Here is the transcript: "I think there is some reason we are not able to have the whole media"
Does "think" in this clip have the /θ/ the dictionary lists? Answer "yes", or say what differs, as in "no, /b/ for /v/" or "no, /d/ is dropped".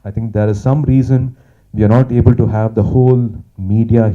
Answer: no, /t/ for /θ/